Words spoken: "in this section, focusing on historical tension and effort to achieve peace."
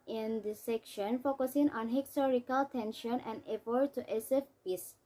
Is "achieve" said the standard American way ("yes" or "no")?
no